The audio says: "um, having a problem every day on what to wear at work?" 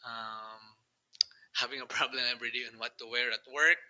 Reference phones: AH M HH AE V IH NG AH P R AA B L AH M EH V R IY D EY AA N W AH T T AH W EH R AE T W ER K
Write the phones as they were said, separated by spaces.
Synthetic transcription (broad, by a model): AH M HH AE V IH NG AH P R AA B L AH M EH B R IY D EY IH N W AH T T AH W EH R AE T W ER K